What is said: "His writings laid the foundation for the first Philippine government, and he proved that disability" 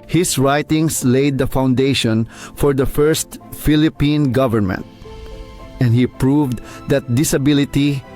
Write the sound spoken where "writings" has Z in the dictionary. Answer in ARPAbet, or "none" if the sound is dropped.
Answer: S